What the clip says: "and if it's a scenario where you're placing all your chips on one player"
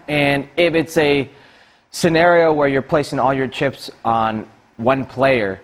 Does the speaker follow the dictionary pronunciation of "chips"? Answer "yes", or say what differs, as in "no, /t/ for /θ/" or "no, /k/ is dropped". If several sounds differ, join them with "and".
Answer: yes